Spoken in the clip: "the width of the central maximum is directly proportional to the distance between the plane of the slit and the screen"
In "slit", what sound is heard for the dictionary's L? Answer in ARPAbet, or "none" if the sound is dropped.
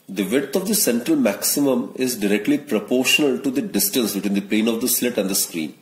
L